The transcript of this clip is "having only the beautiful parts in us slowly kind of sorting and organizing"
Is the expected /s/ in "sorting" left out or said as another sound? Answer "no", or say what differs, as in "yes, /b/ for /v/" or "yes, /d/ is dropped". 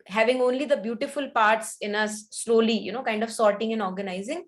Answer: no